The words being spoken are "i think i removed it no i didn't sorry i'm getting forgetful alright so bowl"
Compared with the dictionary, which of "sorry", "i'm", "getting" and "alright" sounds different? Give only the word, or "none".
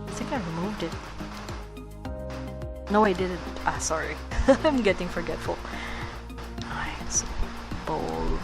alright